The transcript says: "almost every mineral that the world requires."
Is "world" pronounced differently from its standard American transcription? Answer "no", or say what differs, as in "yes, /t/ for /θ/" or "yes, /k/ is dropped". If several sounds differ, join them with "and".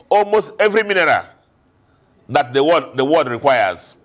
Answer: yes, /w/ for /l/